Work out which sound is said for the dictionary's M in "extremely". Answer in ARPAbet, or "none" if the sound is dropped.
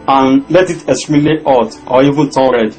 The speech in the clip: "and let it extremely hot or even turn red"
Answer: none